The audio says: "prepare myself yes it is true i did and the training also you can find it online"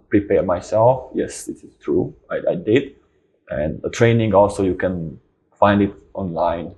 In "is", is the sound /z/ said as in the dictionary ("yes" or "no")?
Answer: no